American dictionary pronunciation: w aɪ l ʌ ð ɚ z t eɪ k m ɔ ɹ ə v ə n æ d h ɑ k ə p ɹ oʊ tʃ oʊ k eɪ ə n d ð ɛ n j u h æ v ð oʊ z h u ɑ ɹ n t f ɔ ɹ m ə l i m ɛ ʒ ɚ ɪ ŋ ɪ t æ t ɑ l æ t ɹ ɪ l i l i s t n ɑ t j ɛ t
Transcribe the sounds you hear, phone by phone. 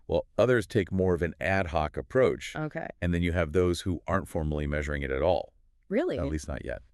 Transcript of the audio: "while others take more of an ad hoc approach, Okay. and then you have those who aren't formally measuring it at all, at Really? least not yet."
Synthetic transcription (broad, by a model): w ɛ l ʌ ð ɚ z t eɪ k m ɔ ɹ ə v ə n æ d h ɑ k ə p ɹ oʊ tʃ oʊ k eɪ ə n ð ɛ n j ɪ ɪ v ð oʊ z h u ɑ ɹ n t f ɔ ɹ m l i m ɛ ʒ ɚ ɪ ŋ ɪ t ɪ t ɑ l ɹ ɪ l i l i s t n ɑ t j ɛ t